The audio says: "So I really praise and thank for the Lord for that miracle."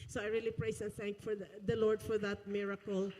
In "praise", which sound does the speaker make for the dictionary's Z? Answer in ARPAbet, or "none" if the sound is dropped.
S